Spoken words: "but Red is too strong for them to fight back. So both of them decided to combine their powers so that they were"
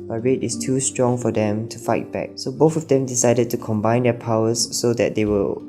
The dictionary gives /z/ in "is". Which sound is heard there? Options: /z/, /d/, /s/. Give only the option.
/s/